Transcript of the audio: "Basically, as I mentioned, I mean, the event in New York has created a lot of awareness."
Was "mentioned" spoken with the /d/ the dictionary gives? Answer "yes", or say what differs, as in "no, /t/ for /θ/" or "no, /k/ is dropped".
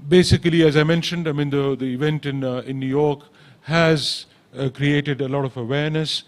yes